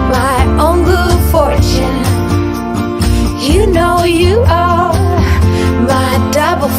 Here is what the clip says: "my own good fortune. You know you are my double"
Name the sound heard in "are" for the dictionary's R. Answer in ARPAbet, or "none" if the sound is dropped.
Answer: L